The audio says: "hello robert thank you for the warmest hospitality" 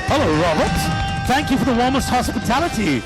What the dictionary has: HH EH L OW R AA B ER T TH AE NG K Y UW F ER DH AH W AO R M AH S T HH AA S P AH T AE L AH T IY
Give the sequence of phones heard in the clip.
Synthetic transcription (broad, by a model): HH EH L OW R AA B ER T TH AE NG K Y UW F ER DH AH W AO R M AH S T HH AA S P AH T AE L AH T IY